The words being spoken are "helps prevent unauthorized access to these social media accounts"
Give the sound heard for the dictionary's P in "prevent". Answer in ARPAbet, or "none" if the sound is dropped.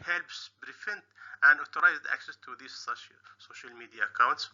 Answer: B